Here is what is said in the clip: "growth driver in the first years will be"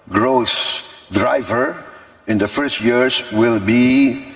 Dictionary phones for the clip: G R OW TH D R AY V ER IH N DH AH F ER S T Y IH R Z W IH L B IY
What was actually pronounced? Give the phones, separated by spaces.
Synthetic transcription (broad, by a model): G R OW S D R AY V ER IH N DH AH F ER S T Y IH R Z W IH L B IY